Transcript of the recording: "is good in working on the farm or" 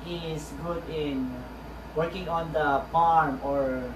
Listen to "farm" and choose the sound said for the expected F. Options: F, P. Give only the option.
P